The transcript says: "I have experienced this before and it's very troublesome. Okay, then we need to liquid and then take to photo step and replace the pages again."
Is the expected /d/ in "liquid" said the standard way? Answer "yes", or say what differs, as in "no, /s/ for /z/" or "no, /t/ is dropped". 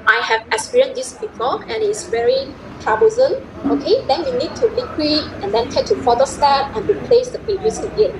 no, /d/ is dropped